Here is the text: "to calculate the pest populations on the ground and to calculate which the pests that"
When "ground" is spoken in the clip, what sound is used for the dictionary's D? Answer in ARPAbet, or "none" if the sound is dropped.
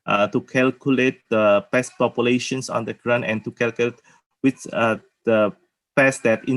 none